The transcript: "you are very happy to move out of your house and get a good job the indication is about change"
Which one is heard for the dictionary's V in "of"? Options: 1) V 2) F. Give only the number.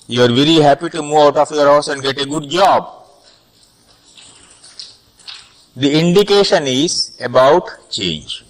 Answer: 2